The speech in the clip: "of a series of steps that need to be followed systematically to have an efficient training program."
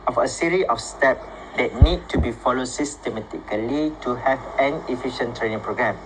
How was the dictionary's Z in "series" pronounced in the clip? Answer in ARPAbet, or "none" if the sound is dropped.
none